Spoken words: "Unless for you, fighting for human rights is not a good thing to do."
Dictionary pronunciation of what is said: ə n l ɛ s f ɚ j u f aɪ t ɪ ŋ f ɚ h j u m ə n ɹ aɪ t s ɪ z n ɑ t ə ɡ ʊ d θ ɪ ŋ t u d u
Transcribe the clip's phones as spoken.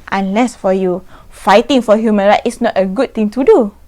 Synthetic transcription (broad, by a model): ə n l ɛ s f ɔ j u f aɪ t ɪ ŋ f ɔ h j u m ə n ɹ aɪ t ɪ s n ɑ t ə ɡ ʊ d t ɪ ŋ t u d u